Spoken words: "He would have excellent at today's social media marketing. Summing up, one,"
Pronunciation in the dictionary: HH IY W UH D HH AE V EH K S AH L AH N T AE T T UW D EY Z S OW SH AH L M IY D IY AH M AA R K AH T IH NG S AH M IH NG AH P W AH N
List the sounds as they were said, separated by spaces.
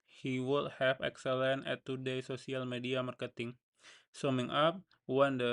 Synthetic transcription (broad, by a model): HH IY W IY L HH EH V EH K S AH L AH N EH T T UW D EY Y S OW S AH L M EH D IY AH M AA R K AH T IH NG S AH M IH NG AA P W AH N